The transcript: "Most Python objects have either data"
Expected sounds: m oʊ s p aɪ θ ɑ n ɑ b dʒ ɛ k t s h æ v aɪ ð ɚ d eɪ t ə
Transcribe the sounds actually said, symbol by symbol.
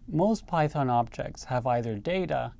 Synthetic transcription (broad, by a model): m oʊ s p aɪ θ ɑ n ɑ b dʒ ɛ k t s h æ v aɪ ð ɚ d eɪ t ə